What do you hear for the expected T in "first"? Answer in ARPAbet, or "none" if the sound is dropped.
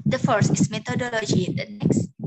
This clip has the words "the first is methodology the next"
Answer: none